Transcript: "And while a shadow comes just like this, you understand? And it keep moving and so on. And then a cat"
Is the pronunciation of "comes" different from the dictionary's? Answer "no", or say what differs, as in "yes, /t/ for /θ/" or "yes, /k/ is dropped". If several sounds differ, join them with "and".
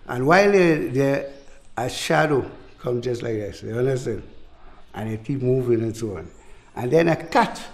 yes, /z/ is dropped